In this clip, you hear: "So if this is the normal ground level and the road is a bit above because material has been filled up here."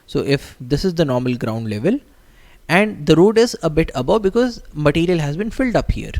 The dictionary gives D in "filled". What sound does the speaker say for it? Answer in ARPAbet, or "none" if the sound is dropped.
D